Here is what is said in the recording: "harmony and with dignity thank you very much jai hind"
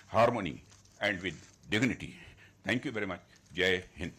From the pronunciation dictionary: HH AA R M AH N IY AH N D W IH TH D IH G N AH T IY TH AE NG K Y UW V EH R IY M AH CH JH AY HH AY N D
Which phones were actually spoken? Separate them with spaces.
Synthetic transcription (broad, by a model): HH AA R M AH N IY AH N D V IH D D IH G N AH T IY T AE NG K Y UW V EH R IY M AH CH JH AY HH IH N